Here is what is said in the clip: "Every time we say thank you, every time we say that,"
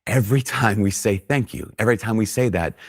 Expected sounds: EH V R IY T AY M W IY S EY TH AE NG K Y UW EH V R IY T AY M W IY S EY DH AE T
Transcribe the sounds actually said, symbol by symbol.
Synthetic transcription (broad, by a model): EH V R IY T AY M W IY S EY TH AE NG K Y UW EH V R IY T AY M W IY S EY DH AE T